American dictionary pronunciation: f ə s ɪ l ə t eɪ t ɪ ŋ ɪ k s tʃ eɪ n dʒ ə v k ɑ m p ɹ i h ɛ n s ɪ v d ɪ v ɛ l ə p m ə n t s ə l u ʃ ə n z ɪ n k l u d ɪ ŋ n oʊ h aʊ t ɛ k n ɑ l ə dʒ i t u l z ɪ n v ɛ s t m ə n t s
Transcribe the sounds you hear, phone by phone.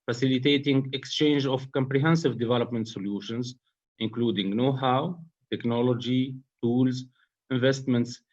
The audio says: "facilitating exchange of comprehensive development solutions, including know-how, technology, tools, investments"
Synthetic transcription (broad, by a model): f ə s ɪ l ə t eɪ t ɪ ŋ ɪ k s tʃ eɪ n dʒ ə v k ɑ m p ɹ i h ɛ n s ɪ v d ɪ v ɛ l ə p m ə n t s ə l u ʃ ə n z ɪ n k l u d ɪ ŋ n oʊ h aʊ t ɛ k n ɑ l ə dʒ i t u l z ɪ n v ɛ s t m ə n t s